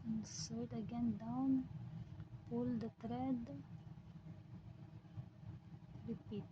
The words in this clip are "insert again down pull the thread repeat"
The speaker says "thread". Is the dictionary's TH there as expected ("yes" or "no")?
no